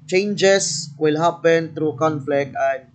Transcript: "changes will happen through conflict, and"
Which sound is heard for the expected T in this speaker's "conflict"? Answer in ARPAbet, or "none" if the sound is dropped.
none